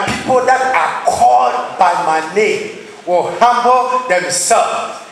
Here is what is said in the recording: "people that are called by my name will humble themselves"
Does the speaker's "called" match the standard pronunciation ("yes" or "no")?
no